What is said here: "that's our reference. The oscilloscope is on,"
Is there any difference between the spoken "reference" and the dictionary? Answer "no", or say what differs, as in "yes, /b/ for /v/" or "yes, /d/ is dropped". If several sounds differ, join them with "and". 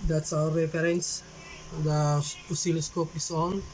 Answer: yes, /f/ is dropped